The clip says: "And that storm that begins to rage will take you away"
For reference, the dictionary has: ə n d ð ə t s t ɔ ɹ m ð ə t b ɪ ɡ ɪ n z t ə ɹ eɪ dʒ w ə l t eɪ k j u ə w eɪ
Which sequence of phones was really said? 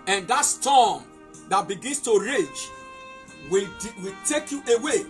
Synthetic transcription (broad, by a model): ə n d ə t s t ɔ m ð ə t b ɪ ɡ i n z t ə ɹ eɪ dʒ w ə w t eɪ k j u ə w eɪ